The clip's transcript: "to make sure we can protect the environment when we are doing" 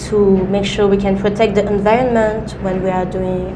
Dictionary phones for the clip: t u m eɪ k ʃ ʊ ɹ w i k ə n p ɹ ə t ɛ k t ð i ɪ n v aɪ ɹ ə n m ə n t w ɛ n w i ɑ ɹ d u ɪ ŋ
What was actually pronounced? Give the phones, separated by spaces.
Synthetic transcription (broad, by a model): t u m eɪ k ʃ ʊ ɹ w i k ə n p ɹ ə t ɛ k t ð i ɪ n v aɪ ɹ ə n m ə n t w ɛ n w i ɑ ɹ d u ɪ ŋ